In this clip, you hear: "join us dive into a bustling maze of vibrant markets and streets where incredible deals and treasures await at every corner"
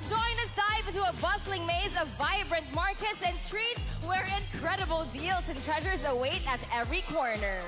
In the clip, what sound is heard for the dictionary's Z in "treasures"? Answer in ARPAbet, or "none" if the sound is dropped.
Z